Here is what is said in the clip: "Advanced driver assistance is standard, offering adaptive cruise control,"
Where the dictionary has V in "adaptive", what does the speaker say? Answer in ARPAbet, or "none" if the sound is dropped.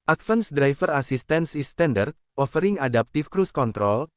F